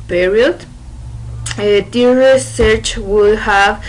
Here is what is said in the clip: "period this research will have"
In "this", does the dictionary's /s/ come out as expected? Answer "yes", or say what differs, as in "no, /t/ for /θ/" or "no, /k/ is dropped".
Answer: no, /s/ is dropped